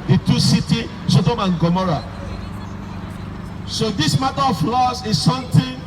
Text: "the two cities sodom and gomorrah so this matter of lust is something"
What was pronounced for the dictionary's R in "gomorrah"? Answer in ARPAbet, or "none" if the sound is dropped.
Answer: R